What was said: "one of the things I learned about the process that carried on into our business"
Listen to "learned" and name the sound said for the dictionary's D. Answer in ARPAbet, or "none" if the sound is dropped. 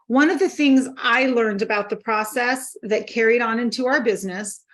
D